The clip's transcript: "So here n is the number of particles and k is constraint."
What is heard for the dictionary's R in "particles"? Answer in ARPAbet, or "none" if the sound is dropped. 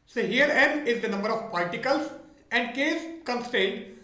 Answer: L